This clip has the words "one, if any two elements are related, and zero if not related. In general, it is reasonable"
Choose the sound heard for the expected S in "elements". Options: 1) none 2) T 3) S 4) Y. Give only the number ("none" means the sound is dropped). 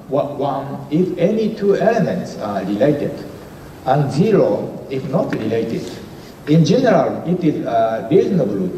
3